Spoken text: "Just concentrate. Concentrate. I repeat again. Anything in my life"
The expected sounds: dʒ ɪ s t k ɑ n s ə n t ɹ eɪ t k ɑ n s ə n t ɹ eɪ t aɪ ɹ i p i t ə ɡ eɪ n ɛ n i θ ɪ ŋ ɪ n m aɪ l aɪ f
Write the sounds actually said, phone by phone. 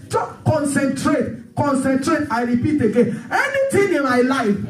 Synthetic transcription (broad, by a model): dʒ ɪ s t k ɑ n s ə n t ɹ eɪ t k ɑ n s ə n t ɹ eɪ t aɪ ɹ i p i t ə ɡ eɪ n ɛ n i t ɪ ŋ ɪ n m aɪ l aɪ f